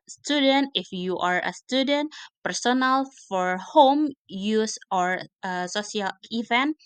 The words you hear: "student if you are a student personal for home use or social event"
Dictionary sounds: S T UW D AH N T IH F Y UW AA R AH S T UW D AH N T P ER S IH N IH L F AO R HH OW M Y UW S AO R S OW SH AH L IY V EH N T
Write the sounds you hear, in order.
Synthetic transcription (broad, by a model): S T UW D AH N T IH F Y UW AA R AH S T UW D AH N T P ER S IH N IH L F AO R HH OW M Y UW S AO R S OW S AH L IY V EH N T